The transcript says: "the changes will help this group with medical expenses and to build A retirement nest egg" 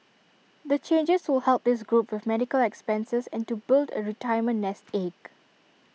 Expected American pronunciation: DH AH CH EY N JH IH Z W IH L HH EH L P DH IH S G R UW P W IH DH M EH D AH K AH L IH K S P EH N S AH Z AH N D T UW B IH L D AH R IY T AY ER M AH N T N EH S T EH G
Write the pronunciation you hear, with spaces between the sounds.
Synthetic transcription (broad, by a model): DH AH CH EY N JH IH S W IH L HH EH L P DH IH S G R UW P W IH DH M EH D AH K AH L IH K S P EH N S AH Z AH N T UW B IH L D AH R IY T AY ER M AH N N EH S T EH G